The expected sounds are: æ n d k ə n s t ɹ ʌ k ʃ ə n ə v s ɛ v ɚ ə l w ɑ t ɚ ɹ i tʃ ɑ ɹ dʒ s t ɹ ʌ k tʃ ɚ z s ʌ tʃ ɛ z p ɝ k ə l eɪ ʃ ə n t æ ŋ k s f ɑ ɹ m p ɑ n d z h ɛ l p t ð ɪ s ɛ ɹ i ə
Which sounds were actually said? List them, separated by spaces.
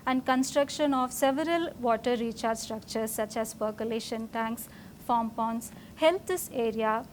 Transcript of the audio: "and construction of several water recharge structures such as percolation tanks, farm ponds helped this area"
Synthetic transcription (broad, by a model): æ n d k ə n s t ɹ ʌ k ʃ ə n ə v s ɛ v ɚ ə l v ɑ t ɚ ɹ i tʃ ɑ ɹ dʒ s t ɹ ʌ k tʃ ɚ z s ʌ tʃ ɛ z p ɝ k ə l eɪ ʃ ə n t æ ŋ k s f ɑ m p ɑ n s h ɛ l t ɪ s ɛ ɹ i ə